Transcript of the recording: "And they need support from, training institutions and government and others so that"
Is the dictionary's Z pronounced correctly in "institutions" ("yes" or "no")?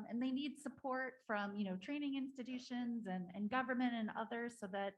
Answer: yes